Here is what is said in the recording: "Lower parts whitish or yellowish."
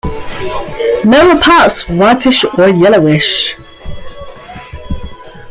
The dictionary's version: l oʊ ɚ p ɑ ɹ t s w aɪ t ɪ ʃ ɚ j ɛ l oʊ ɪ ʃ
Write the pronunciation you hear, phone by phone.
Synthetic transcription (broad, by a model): n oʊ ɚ p ɑ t s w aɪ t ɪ ʃ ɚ j ɛ l oʊ ɪ ʃ